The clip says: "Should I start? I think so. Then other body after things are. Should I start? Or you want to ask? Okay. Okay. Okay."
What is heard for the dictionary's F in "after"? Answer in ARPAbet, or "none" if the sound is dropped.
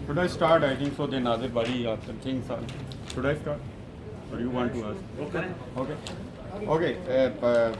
none